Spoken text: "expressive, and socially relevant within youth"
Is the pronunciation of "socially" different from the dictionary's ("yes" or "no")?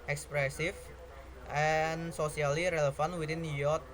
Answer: yes